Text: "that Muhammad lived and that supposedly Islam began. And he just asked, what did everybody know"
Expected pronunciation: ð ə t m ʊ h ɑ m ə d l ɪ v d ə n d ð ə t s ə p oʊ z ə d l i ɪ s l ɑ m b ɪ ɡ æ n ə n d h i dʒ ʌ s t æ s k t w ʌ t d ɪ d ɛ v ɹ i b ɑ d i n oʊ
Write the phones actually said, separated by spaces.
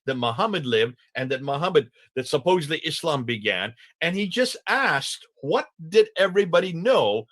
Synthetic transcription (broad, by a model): ð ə t m ʊ h ɑ m ə d l ɪ v d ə n d ð ə t s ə p oʊ z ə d l i ɪ s l ɑ m b ɪ ɡ æ n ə n i dʒ ʌ s t æ s k t w ʌ t d ɪ d ɛ v ɹ i b ɑ d i n oʊ